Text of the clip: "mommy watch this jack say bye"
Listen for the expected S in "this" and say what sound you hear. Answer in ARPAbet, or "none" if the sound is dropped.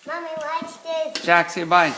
none